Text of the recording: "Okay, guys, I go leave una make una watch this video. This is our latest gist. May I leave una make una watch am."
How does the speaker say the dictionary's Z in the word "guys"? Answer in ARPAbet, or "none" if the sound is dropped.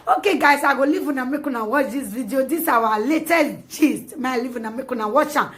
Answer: S